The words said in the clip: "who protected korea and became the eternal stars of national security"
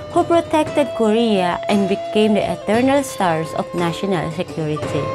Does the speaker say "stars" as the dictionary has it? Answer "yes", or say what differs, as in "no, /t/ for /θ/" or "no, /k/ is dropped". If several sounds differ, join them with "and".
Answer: no, /s/ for /z/